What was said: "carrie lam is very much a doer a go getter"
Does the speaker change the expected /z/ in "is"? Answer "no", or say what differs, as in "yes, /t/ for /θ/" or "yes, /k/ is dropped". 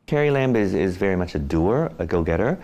no